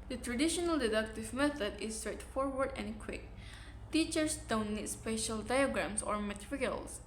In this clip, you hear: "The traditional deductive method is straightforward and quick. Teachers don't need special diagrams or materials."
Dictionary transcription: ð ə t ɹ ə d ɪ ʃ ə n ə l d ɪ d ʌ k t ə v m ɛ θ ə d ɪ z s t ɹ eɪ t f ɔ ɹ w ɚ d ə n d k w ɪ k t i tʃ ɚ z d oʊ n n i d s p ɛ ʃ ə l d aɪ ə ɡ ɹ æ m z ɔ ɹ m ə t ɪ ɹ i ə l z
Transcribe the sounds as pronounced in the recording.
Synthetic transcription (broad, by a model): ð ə t ɹ ə d ɪ ʃ ə n ə l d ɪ d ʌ k t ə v m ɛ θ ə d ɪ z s t ɹ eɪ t f ɔ ɹ w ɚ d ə n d k w ɪ k t i tʃ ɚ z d oʊ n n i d s p ɛ ʃ ə l d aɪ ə ɡ ɹ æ m s ɔ ɹ m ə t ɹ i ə l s